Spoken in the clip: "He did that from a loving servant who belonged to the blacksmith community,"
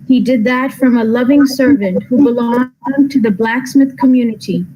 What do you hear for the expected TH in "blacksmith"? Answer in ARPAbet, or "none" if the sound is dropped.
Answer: TH